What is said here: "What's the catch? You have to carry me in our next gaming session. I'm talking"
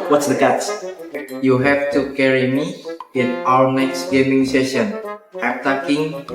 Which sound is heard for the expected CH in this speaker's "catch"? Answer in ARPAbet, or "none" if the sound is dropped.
S